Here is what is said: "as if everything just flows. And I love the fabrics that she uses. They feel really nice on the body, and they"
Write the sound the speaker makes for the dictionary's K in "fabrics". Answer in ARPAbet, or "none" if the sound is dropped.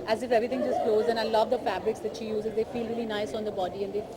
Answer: K